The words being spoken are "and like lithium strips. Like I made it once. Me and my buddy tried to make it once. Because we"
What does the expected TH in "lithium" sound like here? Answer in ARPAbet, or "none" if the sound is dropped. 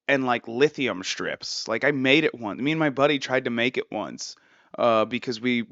TH